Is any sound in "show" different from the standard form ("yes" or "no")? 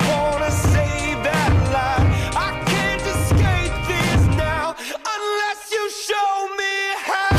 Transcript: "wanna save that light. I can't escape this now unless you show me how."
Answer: no